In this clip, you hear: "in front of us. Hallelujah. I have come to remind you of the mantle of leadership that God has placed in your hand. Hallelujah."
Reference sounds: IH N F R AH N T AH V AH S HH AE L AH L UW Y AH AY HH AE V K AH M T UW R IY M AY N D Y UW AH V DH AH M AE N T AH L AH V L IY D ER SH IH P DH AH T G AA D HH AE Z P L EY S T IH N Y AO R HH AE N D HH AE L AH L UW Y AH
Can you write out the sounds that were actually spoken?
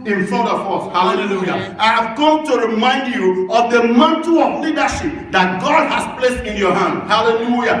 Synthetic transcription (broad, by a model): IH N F AH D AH F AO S HH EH L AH L UW Y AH AY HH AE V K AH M T UW R IY M AY N D Y UW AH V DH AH M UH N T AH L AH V L IY D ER SH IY P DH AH T G AA D HH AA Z P L EY S T IH N Y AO HH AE N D HH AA L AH L UW Y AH